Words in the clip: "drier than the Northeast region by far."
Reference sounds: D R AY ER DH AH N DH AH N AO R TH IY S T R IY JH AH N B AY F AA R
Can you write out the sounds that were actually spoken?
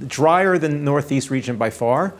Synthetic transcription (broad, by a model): D R AY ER AH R DH AH N AO R TH IY S T R IY JH AH N B AY F AA R